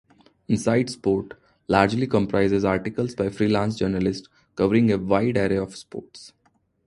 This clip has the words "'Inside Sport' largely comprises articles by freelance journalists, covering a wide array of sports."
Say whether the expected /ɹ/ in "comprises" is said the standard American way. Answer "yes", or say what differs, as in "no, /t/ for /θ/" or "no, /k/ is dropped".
yes